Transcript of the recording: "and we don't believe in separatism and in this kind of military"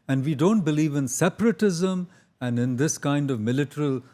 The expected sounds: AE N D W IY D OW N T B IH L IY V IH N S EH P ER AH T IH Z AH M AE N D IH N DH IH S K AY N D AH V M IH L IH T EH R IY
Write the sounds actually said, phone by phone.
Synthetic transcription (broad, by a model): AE N D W IY D OW N T B IH L IY V IH N S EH P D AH T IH Z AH M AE N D IH N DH IH S K AY N D AH V M IH L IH T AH R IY